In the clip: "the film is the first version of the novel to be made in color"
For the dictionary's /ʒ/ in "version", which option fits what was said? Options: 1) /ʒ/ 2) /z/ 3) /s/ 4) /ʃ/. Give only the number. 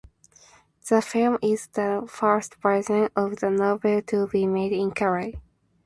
2